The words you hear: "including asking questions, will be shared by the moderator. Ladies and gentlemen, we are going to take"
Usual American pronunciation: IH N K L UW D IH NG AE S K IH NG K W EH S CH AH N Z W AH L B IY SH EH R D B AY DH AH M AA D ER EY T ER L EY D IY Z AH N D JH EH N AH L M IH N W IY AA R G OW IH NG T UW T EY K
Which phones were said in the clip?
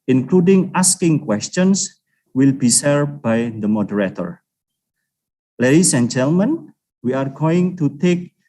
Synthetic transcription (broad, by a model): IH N K L UW D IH NG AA S K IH NG K W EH S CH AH N S W AH L B IY S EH R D B AY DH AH M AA D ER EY T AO L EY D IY S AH N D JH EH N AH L M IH N W IY AA R G OW IH NG T UW T EY K